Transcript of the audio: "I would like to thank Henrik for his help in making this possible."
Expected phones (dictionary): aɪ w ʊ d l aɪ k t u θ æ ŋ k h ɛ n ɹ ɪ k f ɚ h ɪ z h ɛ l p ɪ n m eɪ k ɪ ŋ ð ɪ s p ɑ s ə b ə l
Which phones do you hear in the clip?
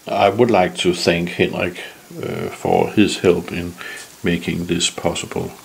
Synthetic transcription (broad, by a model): aɪ w ʊ d l aɪ k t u θ æ ŋ k h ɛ n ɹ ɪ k f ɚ h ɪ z h ɛ l p ɪ n m eɪ k ɪ ŋ ð ɪ s p ɑ s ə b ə l